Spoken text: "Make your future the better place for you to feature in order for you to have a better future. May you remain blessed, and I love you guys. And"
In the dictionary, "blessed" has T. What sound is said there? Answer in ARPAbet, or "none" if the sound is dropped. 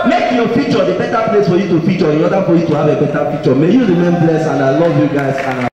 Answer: none